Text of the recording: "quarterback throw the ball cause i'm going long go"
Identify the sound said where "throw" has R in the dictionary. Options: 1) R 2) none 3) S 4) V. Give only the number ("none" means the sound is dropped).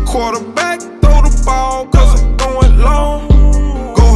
2